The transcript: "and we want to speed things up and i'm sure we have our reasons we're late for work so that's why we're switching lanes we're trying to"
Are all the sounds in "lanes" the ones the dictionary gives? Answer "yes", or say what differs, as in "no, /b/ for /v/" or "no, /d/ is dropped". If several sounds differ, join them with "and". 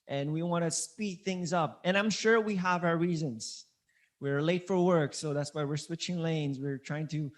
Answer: yes